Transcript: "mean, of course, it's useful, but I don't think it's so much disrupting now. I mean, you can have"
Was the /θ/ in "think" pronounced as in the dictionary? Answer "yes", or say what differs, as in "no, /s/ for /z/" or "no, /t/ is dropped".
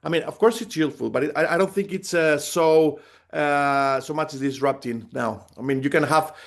yes